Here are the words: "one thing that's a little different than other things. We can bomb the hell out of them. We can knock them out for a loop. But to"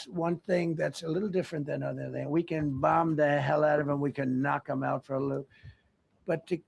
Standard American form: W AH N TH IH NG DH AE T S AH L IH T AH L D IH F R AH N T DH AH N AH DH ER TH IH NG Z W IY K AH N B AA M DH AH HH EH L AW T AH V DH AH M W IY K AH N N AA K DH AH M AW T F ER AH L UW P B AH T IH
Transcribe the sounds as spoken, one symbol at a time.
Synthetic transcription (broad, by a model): W AH N TH IH NG DH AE T S AH L IH T L D IH F R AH N DH AH N AH DH ER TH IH NG W IY K AH N B AA M DH AH HH EH L AW T AH V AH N W IY K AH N N AA K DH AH M AW T F ER AH L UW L B AH T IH